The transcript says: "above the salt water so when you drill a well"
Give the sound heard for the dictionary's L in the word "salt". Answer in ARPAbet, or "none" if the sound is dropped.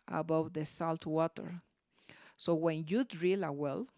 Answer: L